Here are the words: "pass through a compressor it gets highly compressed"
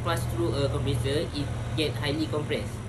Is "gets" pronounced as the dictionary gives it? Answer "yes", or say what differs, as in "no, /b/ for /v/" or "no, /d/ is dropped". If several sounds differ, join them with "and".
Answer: no, /s/ is dropped